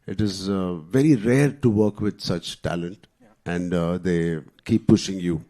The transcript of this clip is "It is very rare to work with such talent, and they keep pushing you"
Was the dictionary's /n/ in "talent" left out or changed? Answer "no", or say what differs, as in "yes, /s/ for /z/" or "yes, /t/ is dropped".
no